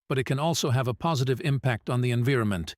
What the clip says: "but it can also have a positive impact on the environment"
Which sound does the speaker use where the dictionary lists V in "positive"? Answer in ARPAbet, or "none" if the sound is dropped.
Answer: V